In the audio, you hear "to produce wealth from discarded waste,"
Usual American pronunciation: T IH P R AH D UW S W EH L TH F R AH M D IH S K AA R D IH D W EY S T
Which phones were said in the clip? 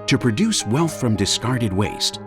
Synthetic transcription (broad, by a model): T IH P R AH D UW S W EH L TH F R AH M D IH S K AA R D IH D W EY S T